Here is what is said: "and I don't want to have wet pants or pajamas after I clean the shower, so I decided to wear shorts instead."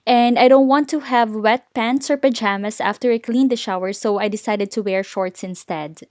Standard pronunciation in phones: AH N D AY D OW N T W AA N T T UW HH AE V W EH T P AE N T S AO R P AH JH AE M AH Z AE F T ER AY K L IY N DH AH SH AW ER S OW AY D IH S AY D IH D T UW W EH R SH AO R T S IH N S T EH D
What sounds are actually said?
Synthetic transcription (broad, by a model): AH N D AY D OW N T W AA N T T UW HH AE V W EH T P AE N T S AO R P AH JH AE M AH S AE F T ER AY K L IY N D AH SH AW ER S OW AY D IH S AY D IH D T UW W EH R SH AO R T S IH N S T EH D